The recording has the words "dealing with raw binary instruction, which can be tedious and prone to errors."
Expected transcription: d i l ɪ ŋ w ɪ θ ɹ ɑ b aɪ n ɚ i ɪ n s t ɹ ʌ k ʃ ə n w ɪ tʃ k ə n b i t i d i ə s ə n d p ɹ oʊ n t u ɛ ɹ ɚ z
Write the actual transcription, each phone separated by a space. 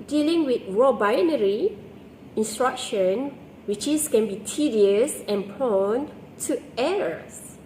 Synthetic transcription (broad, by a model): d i l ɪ ŋ w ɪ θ ɹ ɑ b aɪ n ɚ i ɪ n s t ɹ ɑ k ʃ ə n w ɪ tʃ k ə n b i t i d i ə s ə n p oʊ n t u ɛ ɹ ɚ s